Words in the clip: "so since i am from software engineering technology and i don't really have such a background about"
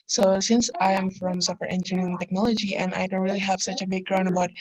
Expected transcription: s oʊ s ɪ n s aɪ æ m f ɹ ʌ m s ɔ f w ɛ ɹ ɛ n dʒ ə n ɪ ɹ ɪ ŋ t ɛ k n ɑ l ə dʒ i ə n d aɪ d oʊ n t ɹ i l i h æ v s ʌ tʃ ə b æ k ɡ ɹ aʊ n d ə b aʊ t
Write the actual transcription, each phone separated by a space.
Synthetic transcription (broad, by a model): s oʊ s ɪ n s aɪ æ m f ɹ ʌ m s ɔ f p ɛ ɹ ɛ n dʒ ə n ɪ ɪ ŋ t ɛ k n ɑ l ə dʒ i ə n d aɪ d oʊ n t ɹ i l i h æ v s ʌ tʃ ə b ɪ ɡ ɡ ɹ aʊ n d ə b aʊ t